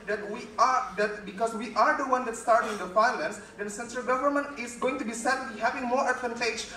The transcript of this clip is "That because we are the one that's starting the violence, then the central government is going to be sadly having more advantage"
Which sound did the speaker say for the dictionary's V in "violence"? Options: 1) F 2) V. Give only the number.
1